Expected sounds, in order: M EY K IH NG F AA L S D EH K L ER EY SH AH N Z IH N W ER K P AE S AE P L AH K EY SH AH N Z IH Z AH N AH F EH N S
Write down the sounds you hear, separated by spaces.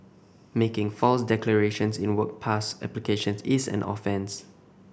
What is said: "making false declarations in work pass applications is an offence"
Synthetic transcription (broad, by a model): M EY K IH NG F AA L S D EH K L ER EY SH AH N S IH N W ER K P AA S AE P L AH K EY SH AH N S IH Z AH N AH F EH N S